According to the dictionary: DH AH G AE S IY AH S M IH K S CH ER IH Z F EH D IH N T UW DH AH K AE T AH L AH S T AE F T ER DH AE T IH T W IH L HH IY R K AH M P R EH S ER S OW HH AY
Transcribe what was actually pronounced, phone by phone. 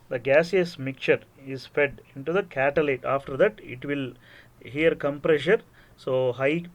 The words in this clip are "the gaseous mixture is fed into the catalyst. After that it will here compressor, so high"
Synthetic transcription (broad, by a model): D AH G AE S IY AH S M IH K CH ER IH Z F EH D IH N T UW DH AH K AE T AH L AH T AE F T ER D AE T IH T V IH L HH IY R K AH M P R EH SH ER S OW HH AY